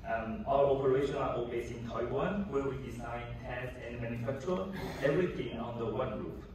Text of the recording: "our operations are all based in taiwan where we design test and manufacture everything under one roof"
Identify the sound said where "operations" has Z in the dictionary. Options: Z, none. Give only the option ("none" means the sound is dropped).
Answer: none